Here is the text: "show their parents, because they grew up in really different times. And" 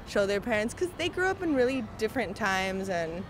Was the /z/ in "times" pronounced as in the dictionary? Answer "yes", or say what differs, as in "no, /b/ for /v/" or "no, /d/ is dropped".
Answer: yes